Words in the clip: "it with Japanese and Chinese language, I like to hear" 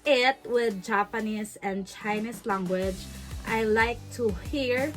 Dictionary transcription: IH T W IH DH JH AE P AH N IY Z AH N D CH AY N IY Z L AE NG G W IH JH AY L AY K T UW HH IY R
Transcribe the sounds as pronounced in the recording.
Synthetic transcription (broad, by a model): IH T W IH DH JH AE P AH N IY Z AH N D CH AY N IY S L AE NG G W IH JH AY L AY K T UW HH IY R